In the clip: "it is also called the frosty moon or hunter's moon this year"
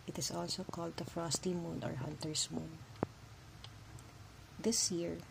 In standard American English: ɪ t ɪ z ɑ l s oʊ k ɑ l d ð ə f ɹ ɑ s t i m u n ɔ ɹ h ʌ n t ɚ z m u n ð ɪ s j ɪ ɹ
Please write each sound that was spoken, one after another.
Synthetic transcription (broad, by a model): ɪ t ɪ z ɑ l s oʊ k ɑ l d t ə f ɹ ɑ s t i m u n ɔ ɹ h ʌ n t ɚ s m u n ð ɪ s j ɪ ɹ